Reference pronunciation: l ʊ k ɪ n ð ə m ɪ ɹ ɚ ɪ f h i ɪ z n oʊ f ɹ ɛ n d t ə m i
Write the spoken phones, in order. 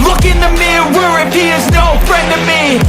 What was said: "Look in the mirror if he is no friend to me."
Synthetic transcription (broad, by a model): l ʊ k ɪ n ð ə m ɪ w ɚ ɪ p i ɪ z n oʊ f ɹ ɛ n d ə m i